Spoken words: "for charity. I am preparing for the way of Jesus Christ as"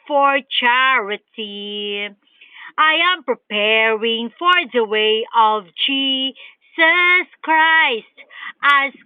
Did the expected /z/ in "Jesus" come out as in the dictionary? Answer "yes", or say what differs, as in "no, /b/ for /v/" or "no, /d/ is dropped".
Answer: no, /s/ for /z/